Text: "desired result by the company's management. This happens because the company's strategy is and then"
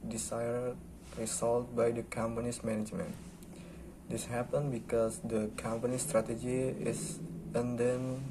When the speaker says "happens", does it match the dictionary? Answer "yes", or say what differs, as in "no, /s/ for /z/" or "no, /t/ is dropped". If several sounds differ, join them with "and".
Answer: no, /z/ is dropped